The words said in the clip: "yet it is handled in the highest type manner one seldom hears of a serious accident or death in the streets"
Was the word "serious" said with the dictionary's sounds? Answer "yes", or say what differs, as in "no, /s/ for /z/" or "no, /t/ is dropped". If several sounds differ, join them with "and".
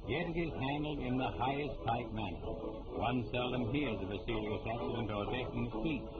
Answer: no, /l/ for /ɹ/